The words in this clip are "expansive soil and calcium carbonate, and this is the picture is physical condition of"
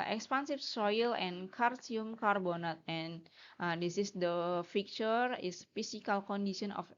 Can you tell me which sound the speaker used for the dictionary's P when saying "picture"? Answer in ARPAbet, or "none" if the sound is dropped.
F